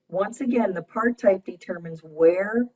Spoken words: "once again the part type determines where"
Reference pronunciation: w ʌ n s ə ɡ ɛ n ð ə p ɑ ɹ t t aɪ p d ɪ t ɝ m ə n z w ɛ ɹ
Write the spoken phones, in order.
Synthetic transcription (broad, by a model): w ʌ n s ə ɡ ɛ n ð ə p ɑ ɹ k t aɪ p d ɪ t ɝ m ə n z w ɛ ɹ